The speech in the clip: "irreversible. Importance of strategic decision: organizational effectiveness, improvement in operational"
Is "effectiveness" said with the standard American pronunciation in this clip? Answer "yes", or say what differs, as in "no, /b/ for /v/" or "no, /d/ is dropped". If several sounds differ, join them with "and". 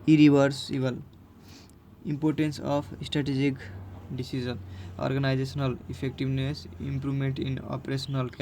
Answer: no, /p/ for /f/